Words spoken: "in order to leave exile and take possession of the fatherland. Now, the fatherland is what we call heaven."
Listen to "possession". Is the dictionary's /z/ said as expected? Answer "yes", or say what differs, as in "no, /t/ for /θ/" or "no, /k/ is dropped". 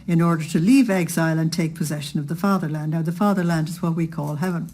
yes